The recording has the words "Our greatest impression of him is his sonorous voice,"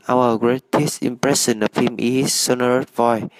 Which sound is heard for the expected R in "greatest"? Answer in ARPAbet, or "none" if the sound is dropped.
R